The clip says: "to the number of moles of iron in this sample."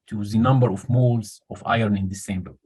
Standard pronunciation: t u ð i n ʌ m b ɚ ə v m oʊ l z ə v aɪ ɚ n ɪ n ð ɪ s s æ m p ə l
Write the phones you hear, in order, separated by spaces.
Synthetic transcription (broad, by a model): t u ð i n ʌ m b ɚ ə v m oʊ l z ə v aɪ ɚ n ɪ n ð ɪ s s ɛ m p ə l